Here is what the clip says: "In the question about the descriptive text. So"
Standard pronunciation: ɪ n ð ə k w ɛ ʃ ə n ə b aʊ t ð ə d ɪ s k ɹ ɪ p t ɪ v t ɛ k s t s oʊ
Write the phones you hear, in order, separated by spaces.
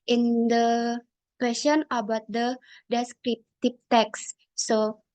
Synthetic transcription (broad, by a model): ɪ n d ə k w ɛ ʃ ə n ə b aʊ t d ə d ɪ s k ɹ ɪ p t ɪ p t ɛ k s s oʊ